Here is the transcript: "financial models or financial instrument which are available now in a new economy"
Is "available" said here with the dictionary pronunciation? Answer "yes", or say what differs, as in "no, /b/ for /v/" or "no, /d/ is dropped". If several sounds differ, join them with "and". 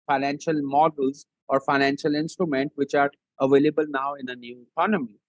yes